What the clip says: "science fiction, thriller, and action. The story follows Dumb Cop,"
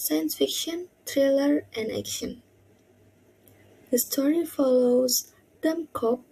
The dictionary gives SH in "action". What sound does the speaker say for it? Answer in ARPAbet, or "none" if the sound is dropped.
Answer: SH